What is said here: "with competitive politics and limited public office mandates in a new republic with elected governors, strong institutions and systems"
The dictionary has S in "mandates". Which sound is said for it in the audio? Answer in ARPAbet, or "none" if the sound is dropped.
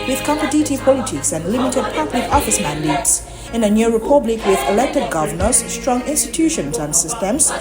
S